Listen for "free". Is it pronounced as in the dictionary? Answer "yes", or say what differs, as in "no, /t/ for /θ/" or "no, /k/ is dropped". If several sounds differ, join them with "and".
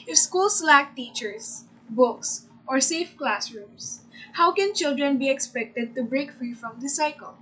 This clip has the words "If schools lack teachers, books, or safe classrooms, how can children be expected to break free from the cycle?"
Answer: yes